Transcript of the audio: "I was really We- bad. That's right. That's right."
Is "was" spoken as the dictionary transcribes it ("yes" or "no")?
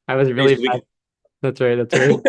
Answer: yes